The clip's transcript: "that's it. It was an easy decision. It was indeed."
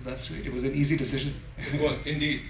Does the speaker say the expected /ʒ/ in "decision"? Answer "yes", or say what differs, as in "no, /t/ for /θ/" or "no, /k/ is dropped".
yes